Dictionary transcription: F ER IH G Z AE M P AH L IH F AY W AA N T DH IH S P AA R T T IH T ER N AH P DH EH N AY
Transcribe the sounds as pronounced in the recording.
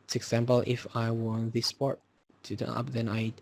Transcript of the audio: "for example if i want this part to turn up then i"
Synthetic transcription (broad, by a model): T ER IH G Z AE M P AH L IH F AY W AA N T DH IH S P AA R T T IH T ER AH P DH EH N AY